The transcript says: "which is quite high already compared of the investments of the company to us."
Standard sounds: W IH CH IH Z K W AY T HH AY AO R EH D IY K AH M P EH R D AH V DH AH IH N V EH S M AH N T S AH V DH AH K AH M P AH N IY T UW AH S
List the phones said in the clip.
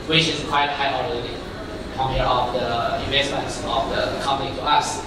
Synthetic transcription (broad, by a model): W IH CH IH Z K W AY T HH AY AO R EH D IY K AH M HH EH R AH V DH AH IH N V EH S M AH N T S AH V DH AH K AH M P AH N IY T UW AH S